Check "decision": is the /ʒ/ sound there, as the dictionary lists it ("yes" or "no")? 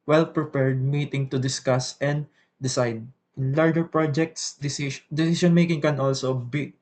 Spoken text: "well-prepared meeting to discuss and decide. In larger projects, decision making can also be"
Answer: no